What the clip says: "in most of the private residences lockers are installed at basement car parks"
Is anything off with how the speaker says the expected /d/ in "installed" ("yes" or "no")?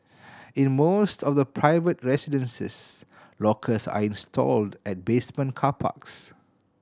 no